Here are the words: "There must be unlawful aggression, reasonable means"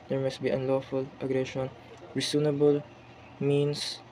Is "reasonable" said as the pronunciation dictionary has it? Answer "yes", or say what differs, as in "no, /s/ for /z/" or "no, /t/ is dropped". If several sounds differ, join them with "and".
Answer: no, /s/ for /z/